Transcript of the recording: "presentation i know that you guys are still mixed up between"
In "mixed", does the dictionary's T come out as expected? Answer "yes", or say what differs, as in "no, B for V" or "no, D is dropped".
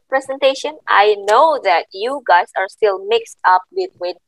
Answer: yes